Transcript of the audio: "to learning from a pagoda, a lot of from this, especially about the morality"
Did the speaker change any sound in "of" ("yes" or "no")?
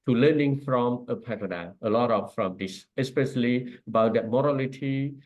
yes